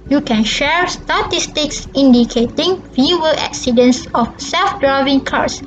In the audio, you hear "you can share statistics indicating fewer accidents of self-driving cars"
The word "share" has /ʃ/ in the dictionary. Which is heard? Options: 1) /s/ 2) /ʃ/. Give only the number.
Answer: 2